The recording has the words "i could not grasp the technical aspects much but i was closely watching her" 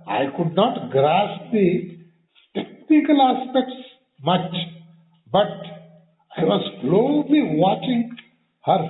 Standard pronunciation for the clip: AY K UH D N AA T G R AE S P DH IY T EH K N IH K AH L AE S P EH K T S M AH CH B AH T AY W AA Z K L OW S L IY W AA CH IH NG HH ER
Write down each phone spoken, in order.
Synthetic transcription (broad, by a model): AY K UH D N AA T G R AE S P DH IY T EH K N IH K AH L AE S P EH K T S M AH CH B AH T AY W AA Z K L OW L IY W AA CH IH NG HH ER